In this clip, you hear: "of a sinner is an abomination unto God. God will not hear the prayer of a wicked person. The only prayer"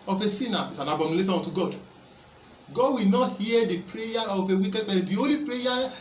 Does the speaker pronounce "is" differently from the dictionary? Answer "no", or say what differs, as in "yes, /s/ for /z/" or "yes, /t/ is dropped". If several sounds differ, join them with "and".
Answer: yes, /s/ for /z/